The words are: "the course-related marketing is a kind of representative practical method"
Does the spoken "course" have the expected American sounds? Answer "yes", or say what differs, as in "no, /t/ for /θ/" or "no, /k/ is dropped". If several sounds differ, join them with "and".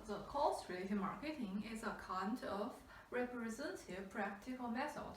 no, /l/ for /ɹ/